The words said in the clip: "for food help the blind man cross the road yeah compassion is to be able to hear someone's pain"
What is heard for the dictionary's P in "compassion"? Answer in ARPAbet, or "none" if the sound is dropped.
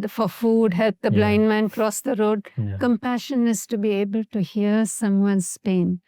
P